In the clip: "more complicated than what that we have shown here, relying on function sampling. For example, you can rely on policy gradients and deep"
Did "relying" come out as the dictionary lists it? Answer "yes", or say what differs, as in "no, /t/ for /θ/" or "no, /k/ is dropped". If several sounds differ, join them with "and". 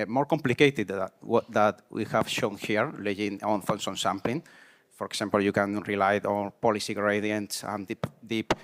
no, /l/ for /ɹ/